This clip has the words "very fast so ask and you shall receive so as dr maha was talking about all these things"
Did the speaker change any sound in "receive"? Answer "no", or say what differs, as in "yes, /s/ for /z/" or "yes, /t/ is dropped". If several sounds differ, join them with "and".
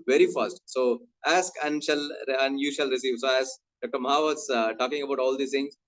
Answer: no